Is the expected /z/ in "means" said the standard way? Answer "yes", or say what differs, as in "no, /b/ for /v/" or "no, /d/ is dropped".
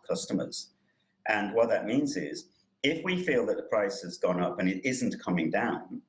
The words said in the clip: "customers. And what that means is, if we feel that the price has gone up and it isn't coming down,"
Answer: yes